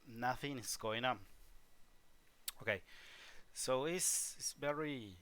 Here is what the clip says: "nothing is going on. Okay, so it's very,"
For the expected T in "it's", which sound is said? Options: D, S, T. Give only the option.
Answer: S